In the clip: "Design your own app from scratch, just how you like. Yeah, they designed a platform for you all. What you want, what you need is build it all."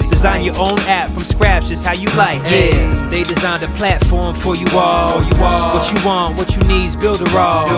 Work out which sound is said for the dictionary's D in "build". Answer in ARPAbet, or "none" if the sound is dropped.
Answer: D